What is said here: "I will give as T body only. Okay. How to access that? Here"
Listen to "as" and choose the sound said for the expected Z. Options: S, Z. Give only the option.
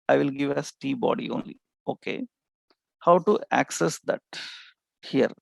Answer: S